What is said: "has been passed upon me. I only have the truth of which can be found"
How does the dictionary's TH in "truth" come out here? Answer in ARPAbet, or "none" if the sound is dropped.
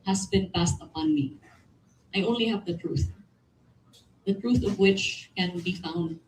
TH